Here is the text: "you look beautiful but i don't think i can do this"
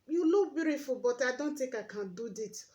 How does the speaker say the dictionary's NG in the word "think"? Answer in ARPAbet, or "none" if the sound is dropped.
none